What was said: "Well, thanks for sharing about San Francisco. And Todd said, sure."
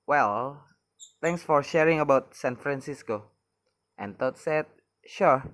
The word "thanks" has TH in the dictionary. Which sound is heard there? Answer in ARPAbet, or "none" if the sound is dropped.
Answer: T